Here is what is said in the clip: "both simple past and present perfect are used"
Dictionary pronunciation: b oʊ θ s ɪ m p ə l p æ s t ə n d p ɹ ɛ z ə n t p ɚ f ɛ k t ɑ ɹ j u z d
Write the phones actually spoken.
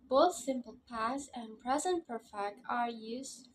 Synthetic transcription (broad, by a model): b oʊ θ s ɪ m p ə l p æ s ə n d p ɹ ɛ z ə n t p ɚ f ɛ k t ɑ ɹ j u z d